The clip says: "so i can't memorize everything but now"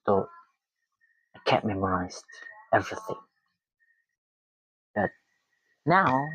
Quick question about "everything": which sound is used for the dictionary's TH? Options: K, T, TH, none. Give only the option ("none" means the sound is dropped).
TH